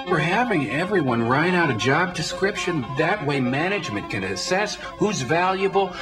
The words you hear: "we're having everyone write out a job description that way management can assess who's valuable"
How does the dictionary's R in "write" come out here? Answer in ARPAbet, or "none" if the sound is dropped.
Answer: R